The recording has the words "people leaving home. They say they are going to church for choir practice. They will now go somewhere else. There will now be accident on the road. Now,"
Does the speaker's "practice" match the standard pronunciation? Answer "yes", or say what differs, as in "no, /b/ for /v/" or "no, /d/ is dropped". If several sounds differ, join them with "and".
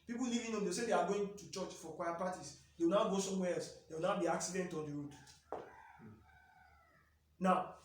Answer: no, /ɹ/ is dropped and /k/ is dropped